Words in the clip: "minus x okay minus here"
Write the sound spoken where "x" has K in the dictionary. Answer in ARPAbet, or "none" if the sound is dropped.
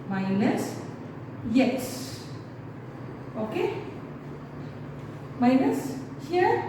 none